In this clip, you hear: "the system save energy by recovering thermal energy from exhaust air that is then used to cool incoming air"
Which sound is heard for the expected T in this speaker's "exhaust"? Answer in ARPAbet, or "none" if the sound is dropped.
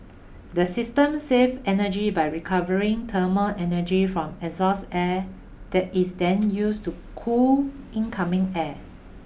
none